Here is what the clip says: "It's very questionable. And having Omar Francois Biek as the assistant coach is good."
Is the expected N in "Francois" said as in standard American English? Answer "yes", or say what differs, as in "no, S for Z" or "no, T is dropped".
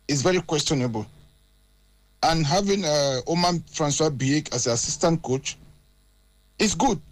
yes